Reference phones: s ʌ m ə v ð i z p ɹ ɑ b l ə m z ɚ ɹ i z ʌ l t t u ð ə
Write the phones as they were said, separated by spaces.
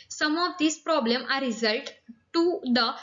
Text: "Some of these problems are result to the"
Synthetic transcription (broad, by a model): s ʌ m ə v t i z p ɹ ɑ b l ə m ɚ ɹ i z ʌ l t t u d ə